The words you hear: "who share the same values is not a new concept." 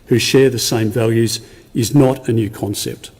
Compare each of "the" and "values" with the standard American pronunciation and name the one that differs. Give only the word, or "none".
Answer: none